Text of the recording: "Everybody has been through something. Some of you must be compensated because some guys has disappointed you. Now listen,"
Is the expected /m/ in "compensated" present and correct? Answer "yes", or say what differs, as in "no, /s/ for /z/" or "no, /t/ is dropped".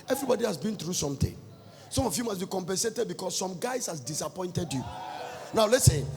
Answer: yes